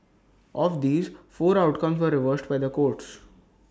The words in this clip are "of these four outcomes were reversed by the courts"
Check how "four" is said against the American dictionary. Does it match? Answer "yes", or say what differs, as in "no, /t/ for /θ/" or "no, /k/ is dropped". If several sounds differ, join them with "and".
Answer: yes